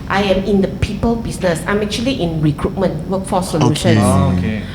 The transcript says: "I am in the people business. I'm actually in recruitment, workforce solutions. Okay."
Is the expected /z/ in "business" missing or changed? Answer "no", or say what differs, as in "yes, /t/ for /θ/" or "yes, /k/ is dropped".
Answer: yes, /s/ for /z/